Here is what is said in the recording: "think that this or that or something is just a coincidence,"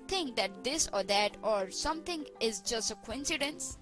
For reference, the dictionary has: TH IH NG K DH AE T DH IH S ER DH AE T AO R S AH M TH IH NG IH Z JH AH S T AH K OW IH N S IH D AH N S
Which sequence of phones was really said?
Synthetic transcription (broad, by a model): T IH NG K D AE T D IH S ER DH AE T AO R S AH M T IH NG IH Z JH AH S T AH K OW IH N S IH D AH N S